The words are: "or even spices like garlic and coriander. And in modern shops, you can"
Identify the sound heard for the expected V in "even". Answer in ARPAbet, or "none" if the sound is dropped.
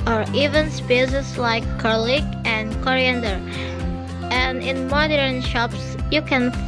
V